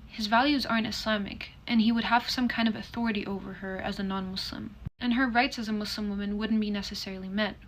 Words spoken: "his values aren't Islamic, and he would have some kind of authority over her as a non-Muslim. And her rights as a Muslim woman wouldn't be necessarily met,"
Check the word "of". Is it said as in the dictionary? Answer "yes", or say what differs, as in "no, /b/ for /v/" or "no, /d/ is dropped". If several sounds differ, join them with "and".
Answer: yes